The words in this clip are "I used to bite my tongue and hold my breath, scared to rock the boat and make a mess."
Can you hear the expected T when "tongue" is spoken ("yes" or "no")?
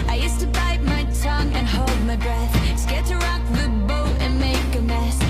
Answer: yes